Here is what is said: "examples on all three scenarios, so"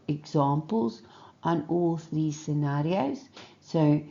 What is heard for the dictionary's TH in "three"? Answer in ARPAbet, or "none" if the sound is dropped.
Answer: TH